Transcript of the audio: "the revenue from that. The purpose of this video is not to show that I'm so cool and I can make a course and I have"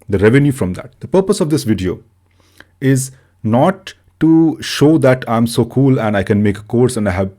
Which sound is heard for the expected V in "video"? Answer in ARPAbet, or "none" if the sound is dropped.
V